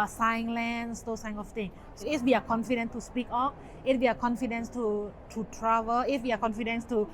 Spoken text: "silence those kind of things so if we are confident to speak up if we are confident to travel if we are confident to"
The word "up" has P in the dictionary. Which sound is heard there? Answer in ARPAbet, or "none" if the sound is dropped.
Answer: F